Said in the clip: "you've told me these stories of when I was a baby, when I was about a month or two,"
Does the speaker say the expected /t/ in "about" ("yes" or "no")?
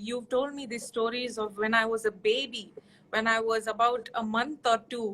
yes